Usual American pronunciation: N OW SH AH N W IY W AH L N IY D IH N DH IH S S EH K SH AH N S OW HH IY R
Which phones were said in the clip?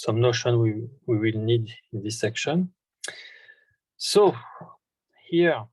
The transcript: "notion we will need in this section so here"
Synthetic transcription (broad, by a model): N OW SH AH N W IY W AH L N IY D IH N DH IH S S EH K SH AH N S OW HH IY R